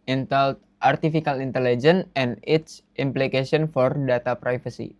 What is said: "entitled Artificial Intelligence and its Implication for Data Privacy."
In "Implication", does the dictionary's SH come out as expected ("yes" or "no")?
no